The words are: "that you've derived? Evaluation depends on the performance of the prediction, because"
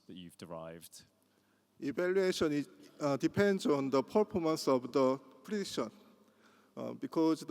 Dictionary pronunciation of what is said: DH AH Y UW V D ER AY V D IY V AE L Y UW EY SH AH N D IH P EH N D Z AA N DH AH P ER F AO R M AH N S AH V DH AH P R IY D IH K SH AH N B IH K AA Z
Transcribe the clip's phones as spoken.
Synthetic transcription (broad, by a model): DH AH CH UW V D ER AY V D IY B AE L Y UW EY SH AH N D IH P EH N D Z AA N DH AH P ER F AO M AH N S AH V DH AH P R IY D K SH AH N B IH K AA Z